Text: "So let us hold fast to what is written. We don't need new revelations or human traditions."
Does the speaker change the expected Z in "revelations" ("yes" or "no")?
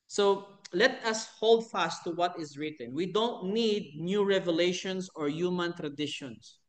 yes